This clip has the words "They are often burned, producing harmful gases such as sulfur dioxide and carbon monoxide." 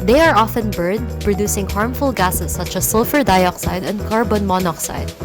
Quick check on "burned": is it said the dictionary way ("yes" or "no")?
no